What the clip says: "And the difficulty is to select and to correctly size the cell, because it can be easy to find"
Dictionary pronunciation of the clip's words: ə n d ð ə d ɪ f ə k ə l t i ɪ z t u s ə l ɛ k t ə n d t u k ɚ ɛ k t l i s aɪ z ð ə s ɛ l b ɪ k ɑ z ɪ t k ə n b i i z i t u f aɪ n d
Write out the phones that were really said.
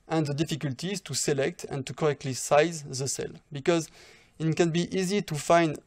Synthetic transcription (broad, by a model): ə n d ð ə d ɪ f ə k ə l t i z t u s ə l ɛ k t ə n t u k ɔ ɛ k t l i s aɪ z ð ə s ɛ l b ɪ k ɑ z ɪ t k ə n b i i z i t u f aɪ n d